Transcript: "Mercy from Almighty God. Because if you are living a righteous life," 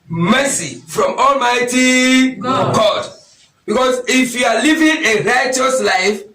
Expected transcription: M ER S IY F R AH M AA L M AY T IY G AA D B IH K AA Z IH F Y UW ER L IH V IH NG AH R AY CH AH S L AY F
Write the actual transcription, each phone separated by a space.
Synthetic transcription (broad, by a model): M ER S IY F R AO M AA L M AY T IY G AA D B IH K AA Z IH F Y UW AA L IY V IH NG AH R AY CH AH S L AY F